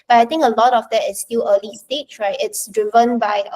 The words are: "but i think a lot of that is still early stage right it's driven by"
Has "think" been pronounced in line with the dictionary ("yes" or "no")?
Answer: no